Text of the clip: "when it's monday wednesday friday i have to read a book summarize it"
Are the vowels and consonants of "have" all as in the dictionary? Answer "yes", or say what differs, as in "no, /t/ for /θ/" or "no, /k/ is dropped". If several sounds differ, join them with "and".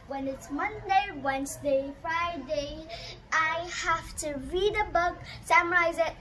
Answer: no, /f/ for /v/